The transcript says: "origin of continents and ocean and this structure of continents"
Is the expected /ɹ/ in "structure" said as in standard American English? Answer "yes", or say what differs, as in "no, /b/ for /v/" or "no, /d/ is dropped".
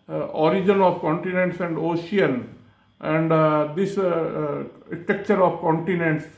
no, /ɹ/ is dropped